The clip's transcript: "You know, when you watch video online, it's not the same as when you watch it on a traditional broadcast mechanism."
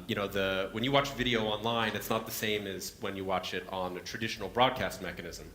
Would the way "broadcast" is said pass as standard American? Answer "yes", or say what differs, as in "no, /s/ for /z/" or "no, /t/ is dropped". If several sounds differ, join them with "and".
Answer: yes